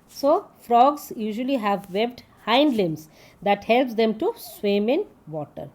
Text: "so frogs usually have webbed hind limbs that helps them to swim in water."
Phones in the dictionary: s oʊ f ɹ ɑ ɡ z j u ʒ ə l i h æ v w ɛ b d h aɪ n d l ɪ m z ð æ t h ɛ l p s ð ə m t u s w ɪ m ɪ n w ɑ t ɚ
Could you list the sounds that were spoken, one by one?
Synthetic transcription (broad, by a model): s oʊ f ɹ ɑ ɡ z j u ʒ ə l i h æ v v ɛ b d h aɪ n d l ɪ m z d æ t h ɛ l p s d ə m t u s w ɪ m ɪ n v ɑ t ɚ